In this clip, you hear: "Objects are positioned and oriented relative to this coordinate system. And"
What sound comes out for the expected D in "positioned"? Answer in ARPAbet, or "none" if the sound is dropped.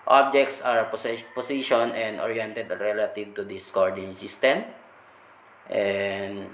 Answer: none